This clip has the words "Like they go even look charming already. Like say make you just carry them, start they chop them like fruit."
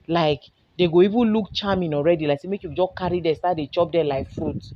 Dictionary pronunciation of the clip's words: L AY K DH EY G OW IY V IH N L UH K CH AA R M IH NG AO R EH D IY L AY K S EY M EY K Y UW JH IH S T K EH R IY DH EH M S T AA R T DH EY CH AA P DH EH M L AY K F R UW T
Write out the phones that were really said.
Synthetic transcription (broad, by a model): L AY K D EY G OW IY V IH N L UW K CH AA M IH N AO R EH D IY L AY K S EY M EY K Y UW JH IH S K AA R IY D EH S T AA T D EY CH AA P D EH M L AY K F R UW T